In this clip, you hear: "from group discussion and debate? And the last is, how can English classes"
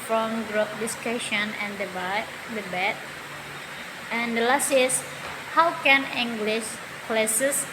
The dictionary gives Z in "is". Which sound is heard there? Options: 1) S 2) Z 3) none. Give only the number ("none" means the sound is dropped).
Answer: 1